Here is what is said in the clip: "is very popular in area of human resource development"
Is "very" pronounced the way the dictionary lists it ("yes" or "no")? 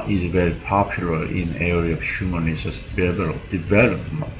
yes